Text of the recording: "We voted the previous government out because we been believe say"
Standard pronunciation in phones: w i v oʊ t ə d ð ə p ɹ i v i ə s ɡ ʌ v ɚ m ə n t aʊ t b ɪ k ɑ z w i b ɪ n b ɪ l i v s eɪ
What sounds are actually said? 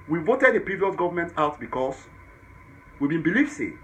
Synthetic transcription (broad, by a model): w i v oʊ t ə d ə p ɹ i v i ə s ɡ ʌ v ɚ m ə n t aʊ t b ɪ k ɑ s w i b ɪ n b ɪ l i f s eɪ